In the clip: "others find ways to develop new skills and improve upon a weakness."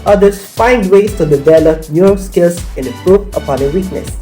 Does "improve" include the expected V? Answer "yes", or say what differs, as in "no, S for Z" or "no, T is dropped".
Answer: no, P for V